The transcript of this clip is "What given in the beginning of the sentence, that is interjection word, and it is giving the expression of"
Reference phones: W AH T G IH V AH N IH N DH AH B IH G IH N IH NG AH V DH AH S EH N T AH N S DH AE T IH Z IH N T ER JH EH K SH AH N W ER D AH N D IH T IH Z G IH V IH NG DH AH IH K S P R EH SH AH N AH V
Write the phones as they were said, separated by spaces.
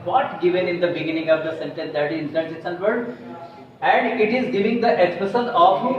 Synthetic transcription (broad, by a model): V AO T G IH V AH N IH N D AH B IH G IH N IH NG AH V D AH S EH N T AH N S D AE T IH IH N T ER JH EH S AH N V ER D AH N D IH T IH Z G IH V IH NG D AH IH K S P AH S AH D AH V